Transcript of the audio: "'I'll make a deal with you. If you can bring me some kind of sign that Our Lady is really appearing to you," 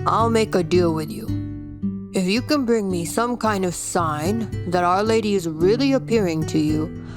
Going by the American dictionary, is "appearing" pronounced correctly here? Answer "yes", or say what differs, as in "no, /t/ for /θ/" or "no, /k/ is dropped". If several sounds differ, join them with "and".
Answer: yes